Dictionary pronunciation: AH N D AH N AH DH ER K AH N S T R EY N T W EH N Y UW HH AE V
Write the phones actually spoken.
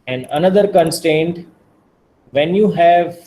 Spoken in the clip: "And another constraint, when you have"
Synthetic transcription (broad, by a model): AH N D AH N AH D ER K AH N S T EY N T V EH N Y UW HH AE V